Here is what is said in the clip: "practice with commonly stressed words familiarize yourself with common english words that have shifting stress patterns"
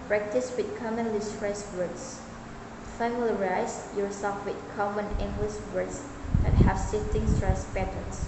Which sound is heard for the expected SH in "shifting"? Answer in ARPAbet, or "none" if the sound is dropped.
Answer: S